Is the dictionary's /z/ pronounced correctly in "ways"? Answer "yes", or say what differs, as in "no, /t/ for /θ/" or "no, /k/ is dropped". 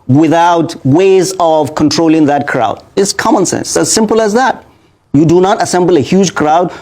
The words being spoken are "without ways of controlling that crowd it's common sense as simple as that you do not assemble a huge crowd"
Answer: yes